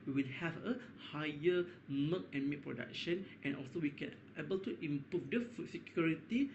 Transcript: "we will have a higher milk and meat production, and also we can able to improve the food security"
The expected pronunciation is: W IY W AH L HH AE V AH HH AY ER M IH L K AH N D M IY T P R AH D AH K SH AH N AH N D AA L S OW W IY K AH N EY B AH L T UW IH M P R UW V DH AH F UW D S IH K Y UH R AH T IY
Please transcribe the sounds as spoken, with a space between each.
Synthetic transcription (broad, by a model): W IY W AH L HH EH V AH HH AY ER M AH K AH N M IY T P R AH D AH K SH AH N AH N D AA L S OW W IY K AH N EY B AH L T UW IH M P R UW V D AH F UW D S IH K Y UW R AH T IY